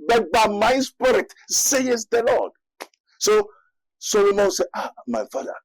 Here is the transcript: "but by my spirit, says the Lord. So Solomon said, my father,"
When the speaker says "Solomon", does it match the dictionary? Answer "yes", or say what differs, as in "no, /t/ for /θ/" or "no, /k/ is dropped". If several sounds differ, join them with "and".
no, /w/ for /l/